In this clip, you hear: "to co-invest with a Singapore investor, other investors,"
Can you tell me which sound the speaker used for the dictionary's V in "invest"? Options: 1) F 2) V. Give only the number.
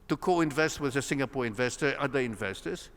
2